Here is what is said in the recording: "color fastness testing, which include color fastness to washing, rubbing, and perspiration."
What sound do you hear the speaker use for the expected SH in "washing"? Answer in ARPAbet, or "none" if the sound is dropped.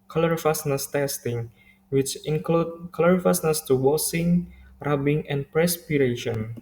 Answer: S